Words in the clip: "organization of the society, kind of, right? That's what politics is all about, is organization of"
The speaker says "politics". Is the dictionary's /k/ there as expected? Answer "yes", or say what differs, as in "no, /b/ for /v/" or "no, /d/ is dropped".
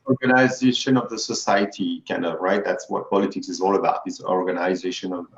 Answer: yes